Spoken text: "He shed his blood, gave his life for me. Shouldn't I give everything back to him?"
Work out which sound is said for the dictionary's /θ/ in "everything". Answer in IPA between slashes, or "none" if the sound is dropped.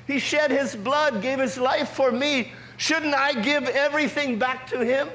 /θ/